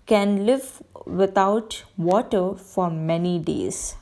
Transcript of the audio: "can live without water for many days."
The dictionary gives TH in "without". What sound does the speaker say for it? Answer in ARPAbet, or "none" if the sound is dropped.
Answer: T